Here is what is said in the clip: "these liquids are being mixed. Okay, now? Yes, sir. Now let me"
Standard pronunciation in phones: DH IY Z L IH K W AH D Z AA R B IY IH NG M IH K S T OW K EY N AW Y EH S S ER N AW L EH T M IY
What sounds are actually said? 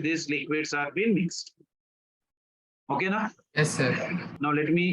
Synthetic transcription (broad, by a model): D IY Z L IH K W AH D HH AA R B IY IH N M IH K S T OW K EY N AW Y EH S S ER N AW L EH T M IY